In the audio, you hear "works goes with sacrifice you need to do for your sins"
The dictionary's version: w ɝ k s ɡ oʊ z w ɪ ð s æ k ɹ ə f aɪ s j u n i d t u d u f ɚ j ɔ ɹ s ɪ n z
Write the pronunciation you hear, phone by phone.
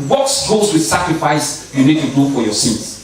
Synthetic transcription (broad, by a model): w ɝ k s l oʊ s w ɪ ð s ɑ k ɹ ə f aɪ s j u n i d t u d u f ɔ j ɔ s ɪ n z